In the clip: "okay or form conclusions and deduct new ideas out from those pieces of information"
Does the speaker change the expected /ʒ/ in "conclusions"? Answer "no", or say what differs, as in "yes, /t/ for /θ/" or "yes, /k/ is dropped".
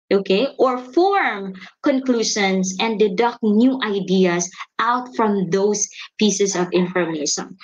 yes, /ʃ/ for /ʒ/